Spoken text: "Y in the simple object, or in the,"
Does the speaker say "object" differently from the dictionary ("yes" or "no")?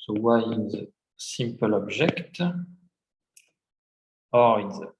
yes